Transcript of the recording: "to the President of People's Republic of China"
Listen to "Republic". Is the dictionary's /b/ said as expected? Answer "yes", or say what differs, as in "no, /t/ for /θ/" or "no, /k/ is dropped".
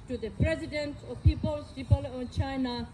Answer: no, /b/ is dropped